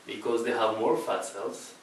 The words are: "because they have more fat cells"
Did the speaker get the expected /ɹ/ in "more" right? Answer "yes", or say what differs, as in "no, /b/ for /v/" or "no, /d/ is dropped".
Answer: yes